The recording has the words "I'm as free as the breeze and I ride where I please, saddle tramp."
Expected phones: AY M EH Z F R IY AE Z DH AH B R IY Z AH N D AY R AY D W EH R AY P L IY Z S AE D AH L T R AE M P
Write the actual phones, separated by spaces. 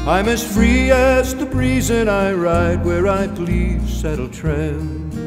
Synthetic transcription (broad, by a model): AY M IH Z F R IY AE Z DH AH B R IY Z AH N AY R AY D W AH R AY B L IY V S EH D L T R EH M